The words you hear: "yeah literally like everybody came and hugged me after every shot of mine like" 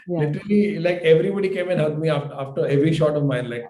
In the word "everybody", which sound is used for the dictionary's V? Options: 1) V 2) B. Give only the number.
1